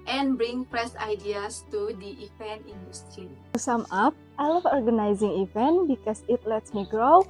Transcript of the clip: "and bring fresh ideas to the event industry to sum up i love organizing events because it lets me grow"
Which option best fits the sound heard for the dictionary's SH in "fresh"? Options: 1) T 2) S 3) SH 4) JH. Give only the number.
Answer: 2